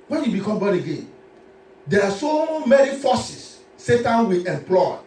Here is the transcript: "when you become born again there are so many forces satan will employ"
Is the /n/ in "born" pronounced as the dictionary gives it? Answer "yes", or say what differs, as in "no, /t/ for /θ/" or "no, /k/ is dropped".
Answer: no, /n/ is dropped